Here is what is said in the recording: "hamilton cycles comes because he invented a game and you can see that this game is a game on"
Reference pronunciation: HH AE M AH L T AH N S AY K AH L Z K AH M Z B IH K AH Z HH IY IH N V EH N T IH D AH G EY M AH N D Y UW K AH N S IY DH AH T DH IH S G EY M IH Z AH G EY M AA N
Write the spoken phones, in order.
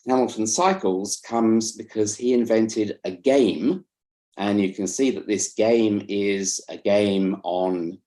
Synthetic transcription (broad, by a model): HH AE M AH L T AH N S AY K AH L Z K AH M Z B IH K AH Z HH IY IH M V EH N T IH D AH G EY M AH N Y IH K AH N S IY DH AH T DH IH S G EY M IH Z AH G EY M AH N